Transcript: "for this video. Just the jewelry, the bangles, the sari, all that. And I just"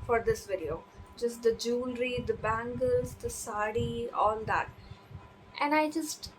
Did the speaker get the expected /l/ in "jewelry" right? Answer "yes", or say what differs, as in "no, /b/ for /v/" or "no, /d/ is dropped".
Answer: yes